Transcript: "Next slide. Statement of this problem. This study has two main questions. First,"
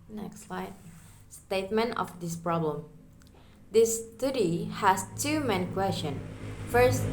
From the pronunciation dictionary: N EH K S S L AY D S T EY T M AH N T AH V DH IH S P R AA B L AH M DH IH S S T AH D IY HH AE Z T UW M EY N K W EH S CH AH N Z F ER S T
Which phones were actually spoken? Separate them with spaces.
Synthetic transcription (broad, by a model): N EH K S S L AY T S T EY T M AH N T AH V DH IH S P R AA B L AH M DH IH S S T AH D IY HH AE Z T UW M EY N K W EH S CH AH N F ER S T